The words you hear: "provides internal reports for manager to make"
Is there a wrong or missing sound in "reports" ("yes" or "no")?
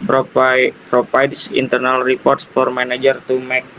no